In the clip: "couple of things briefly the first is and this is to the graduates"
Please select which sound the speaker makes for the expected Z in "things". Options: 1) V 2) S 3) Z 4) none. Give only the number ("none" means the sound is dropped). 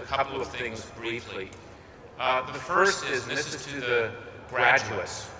3